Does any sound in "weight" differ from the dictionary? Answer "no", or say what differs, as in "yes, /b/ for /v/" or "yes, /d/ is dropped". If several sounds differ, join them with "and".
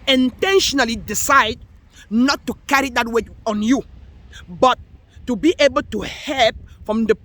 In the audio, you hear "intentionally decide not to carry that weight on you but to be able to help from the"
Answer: yes, /t/ is dropped